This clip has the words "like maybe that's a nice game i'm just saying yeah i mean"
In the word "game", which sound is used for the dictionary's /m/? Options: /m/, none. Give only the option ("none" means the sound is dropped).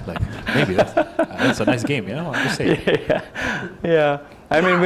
none